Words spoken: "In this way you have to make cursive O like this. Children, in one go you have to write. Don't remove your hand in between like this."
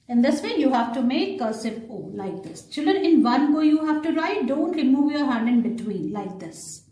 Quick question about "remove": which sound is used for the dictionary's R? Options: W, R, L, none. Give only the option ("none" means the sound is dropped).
R